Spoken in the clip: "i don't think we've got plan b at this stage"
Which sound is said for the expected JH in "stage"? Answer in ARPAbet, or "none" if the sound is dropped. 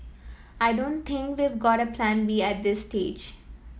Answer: JH